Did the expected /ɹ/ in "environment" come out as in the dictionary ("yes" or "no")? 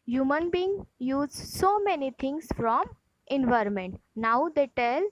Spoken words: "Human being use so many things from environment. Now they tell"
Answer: yes